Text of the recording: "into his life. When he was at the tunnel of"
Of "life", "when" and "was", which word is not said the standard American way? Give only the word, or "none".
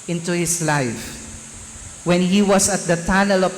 was